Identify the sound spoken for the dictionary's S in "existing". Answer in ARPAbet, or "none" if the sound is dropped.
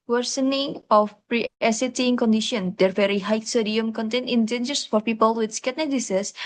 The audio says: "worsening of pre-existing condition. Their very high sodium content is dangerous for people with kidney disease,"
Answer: none